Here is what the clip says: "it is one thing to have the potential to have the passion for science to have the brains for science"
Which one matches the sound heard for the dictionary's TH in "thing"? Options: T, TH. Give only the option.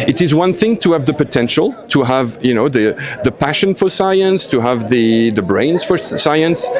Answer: TH